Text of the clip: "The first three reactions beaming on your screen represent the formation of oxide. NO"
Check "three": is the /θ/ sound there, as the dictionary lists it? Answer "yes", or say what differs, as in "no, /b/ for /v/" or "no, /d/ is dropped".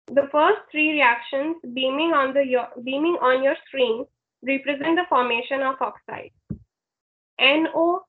no, /t/ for /θ/